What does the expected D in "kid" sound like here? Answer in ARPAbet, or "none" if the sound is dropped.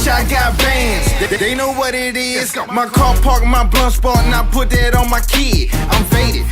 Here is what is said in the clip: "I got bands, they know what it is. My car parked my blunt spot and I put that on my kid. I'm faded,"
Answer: none